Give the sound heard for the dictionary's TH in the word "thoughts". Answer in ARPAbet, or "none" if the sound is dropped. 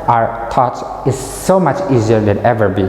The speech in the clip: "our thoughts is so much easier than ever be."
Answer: T